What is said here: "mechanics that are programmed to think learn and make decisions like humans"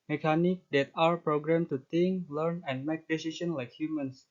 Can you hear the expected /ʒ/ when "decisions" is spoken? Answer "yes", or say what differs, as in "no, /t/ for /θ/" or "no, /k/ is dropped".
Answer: no, /s/ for /ʒ/